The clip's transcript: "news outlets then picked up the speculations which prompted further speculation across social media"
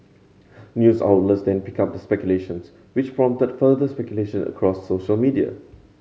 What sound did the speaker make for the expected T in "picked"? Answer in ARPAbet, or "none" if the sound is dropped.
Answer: none